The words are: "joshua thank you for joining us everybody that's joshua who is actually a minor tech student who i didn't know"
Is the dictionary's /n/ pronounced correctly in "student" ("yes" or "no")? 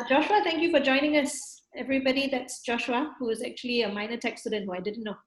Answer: yes